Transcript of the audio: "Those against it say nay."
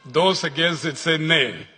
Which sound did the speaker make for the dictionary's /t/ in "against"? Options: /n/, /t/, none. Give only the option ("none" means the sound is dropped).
none